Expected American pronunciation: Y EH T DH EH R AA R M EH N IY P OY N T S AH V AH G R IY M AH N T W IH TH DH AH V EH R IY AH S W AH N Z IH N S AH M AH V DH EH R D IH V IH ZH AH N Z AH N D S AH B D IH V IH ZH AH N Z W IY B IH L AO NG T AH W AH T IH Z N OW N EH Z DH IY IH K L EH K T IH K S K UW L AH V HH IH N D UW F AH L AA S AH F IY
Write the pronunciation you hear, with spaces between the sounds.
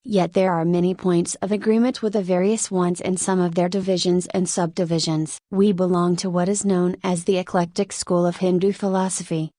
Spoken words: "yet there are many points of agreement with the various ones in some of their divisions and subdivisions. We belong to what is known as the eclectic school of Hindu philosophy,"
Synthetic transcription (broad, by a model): Y EH T DH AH R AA R M EH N IY P OY N T S AH V AH G R IY M AH N T W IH DH AH V EH R IY AH S W AH N Z IH N S AH M AH V DH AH R D IH V IH ZH AH N Z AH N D S AH B D IH V IH ZH AH N Z W IY B IH L AO NG T AH W AH T IH Z N OW N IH Z DH IY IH K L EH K T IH K S K UW L AH V HH IH N D UW F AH L AA S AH F IY